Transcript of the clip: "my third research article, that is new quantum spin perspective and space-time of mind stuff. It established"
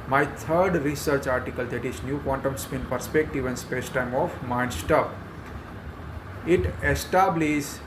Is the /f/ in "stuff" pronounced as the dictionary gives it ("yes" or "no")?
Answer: no